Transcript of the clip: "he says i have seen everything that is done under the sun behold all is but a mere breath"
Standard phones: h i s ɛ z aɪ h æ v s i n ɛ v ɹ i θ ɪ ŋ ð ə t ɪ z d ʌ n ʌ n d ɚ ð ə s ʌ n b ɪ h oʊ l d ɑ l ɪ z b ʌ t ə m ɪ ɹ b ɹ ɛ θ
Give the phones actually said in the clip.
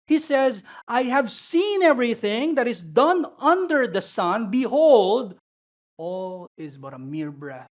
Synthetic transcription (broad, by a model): h i s ɛ z aɪ h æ v s i n ɛ v ɹ i θ ɪ ŋ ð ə t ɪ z d ʌ n ʌ n d ɚ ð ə s ʌ n b ɪ h oʊ l d ɑ l ɪ z b ʌ t ə m ɪ ɹ b ɹ ɛ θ